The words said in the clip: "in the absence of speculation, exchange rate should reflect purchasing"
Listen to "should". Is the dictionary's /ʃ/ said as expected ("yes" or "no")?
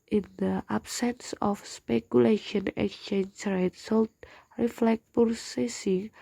no